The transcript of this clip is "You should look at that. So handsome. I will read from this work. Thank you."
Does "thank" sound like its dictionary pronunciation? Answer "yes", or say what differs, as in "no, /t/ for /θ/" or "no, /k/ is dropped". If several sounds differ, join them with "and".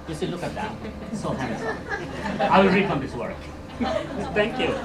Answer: no, /t/ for /θ/